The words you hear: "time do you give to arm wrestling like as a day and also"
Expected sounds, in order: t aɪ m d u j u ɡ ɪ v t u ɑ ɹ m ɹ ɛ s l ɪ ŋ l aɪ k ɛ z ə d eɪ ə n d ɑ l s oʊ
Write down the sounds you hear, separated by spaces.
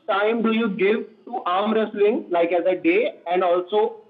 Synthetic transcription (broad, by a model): t aɪ m d u j u ɡ ɪ v t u ɑ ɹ m ɹ ɛ s l ɪ ŋ l aɪ k ɛ z ə d eɪ ə n d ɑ l s oʊ